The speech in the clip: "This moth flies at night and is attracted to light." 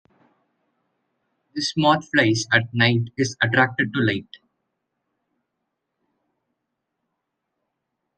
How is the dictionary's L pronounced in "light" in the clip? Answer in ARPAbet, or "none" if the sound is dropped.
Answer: L